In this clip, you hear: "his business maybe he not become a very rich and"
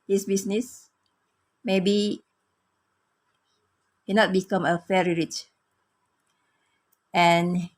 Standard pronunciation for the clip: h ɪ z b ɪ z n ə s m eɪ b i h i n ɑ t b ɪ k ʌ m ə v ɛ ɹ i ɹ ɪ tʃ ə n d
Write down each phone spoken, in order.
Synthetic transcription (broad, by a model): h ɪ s b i s n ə s m eɪ b i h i n ɑ t b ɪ k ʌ m ə f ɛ ɹ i ɹ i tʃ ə n